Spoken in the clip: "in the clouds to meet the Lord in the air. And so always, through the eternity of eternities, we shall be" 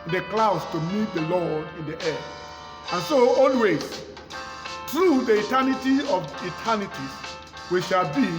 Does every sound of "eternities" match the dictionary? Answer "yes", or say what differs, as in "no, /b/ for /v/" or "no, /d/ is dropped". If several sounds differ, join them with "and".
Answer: no, /z/ is dropped